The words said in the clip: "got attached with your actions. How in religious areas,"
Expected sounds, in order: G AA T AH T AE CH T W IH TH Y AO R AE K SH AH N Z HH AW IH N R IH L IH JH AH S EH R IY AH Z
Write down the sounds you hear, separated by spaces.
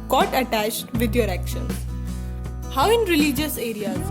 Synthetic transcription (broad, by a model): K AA T AH T AE CH T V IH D Y AO R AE K SH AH N HH AW IH N R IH L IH JH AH S EH R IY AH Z